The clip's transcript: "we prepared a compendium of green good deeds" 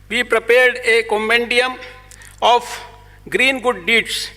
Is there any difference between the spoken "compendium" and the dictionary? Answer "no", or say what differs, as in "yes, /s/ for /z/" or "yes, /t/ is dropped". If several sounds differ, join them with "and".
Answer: yes, /p/ is dropped